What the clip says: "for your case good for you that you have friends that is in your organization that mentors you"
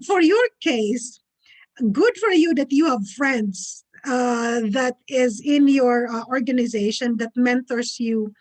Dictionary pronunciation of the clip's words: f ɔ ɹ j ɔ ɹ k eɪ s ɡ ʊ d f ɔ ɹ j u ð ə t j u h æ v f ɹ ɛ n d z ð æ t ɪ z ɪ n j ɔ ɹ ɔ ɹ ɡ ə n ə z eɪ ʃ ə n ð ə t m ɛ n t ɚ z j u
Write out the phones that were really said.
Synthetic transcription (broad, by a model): f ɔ ɹ j ɔ ɹ k eɪ s ɡ ʊ d f ɔ ɹ j u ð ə t j u h æ v f ɹ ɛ n d s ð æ t ɪ z ɪ n j ɔ ɹ ɔ ɹ ɡ ə n ə z eɪ ʃ ə n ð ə t m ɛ n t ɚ s j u